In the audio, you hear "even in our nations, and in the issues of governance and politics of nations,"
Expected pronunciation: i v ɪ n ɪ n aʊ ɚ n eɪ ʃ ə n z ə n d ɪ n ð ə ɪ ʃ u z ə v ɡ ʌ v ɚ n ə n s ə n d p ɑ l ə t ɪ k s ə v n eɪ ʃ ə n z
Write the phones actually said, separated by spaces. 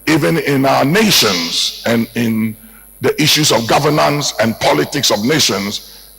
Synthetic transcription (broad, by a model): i v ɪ n ɪ n aʊ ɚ n eɪ ʃ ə n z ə n ɪ n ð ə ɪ ʃ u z ə v ɡ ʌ v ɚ n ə n s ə n p ɑ l ə t ɪ k s ə v n eɪ ʃ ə n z